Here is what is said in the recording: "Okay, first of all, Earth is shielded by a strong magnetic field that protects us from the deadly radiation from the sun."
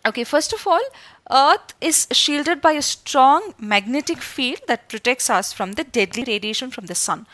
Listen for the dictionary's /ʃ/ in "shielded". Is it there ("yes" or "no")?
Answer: yes